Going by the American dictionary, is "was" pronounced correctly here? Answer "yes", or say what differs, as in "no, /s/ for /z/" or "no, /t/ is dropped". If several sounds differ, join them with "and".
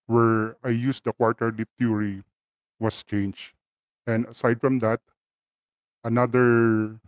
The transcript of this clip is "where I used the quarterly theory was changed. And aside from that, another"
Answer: no, /s/ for /z/